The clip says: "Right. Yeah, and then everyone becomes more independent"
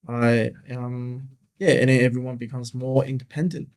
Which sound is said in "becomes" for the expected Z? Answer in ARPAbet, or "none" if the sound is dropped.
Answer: Z